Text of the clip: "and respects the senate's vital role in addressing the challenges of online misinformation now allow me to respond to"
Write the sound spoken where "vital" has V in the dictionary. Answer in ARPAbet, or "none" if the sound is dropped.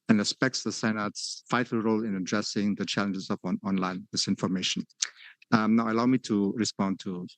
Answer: F